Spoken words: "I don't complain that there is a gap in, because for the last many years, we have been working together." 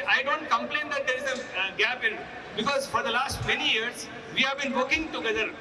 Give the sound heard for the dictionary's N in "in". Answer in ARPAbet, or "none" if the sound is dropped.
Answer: L